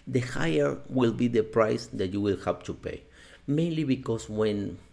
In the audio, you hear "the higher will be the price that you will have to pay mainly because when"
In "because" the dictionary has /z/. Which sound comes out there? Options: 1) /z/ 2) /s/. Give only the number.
2